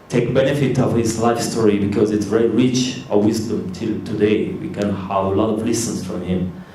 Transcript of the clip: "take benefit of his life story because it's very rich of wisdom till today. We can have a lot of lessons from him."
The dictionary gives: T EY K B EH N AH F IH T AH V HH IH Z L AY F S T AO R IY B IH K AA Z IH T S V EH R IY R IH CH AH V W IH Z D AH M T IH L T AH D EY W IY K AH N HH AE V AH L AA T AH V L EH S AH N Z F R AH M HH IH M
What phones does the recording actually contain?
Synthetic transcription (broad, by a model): T EY K B EH N AH F IH T AH V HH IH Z L AY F S T AO R IY B IH K AA Z IH T S V EH R IY R IH CH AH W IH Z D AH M T IH L T AH D EY W IY K AH N HH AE V AH L AA T AH V L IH S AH N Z F R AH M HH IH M